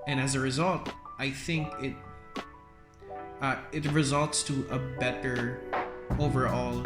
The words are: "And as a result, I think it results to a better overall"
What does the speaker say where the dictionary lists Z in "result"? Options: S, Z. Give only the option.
Z